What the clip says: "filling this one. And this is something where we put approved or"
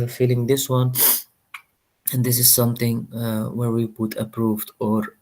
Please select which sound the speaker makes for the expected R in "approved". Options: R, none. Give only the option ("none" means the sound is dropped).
R